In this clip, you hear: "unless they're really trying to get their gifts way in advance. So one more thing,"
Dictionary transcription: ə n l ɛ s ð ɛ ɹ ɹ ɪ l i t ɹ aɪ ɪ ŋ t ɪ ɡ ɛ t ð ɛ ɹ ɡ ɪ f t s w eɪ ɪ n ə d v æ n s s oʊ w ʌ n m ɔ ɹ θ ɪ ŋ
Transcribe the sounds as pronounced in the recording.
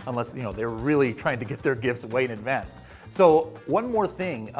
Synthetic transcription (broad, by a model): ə n l ɛ s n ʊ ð ɹ ɪ l i t ɹ aɪ ɪ ŋ t ɪ ɡ ɛ t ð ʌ ɹ ɡ ɪ f t s w eɪ ɪ n ə d v æ n s s oʊ w ʌ n m ɔ ɹ θ ɪ ŋ